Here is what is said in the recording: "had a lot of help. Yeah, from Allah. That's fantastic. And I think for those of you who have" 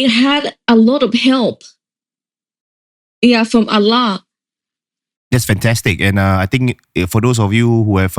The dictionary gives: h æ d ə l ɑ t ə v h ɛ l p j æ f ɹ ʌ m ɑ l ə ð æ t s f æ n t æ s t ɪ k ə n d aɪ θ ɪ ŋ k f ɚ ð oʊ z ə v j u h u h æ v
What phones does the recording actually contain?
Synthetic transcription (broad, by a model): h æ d ə l ɑ t ə v h ɛ l p j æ f ɹ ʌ m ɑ l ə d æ t s f æ n t æ s t ɪ k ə n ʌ aɪ t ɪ ŋ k f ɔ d oʊ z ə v j u h u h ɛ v